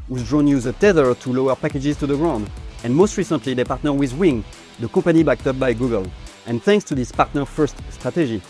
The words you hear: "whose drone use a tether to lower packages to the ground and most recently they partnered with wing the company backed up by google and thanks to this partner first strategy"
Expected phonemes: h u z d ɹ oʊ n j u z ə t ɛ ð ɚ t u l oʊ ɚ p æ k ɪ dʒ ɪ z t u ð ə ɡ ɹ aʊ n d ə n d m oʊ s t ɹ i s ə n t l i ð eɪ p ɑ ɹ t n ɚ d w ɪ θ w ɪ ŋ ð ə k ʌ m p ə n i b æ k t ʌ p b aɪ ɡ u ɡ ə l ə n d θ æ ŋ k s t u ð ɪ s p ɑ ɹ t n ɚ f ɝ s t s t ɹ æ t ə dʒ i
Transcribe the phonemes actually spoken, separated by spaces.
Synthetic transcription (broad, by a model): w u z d ɹ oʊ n j u z ə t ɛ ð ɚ t u l oʊ ɚ p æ k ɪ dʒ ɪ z t u ð ə ɡ ɹ aʊ n d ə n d m oʊ s t ɹ i s ə n t l i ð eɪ p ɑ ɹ t n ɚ w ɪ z w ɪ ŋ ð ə k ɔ p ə n i b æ k t ʌ p b aɪ ɡ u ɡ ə l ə n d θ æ ŋ k s t u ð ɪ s p ɑ ɹ t n ɚ f ɝ s t s t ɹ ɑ t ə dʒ i